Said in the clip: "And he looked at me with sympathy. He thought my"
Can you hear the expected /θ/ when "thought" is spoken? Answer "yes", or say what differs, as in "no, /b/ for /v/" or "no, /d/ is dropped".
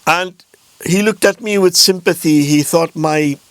yes